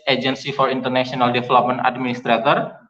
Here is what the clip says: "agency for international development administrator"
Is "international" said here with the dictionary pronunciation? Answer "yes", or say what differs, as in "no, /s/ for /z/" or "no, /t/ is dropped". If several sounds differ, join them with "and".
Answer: no, /s/ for /ʃ/